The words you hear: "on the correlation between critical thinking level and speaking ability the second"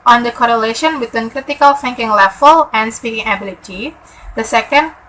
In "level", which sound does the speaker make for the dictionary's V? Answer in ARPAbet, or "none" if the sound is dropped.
F